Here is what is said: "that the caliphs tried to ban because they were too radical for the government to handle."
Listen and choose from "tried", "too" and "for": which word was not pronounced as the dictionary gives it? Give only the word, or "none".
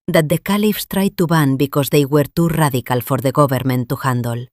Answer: none